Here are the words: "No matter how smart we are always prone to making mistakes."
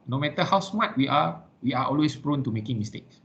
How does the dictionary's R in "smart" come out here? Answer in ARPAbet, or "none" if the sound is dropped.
W